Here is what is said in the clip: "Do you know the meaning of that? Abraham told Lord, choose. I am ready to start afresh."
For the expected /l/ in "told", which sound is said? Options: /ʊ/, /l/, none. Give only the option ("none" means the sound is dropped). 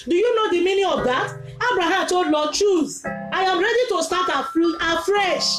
/l/